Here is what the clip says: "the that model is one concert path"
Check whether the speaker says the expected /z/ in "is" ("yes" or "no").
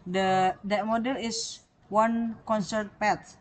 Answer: no